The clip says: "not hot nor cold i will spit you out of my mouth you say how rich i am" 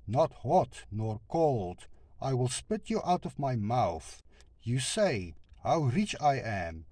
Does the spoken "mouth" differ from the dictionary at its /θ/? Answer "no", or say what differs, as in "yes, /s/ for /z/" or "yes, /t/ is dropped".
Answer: no